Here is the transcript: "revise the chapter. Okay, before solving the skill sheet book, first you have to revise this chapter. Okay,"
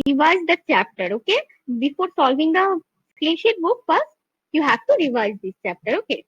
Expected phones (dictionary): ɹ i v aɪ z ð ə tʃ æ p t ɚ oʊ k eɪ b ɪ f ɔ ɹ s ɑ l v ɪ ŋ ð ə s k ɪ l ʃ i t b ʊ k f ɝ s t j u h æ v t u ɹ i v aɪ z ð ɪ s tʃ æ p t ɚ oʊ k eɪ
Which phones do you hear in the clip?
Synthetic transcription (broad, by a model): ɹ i v aɪ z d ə tʃ æ p t ɚ oʊ k eɪ b ɪ f ɔ ɹ s ɑ l v ɪ ŋ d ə s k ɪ n ʃ i t b ʊ k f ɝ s j u h æ v t u ɹ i v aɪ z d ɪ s tʃ æ p t ɚ oʊ k eɪ